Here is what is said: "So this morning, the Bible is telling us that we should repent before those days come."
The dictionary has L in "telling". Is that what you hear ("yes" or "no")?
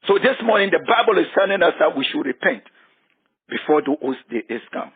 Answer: no